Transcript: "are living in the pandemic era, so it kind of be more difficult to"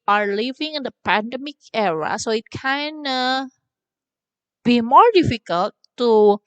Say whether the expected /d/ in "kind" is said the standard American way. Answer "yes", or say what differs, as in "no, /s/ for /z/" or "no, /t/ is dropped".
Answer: no, /d/ is dropped